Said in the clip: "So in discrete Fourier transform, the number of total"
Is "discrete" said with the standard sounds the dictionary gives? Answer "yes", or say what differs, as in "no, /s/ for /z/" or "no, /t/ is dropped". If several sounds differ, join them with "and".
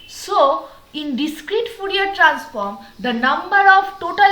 yes